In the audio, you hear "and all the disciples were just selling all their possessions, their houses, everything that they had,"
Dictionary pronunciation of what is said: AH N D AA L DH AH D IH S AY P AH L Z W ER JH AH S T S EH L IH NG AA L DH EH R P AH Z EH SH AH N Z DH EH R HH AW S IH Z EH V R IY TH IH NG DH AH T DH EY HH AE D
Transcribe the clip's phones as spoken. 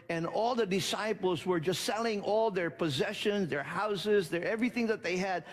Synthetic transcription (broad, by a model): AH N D AA L DH AH D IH S AY P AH L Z W ER JH AH S T S EH L IH NG AA L DH EH R P AH Z EH SH AH N Z DH EH R HH AW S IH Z EH V R IY TH IH NG DH AH T DH EY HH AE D